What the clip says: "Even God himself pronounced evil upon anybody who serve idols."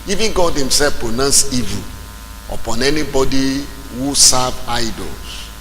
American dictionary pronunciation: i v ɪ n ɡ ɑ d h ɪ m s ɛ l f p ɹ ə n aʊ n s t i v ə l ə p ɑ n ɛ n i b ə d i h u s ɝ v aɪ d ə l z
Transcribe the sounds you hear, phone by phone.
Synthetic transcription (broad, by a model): i v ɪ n ɡ ɑ d h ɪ m s ɛ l f p ɹ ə n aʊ n s i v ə ə p ɑ n ɛ n i b ə d i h u s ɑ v aɪ d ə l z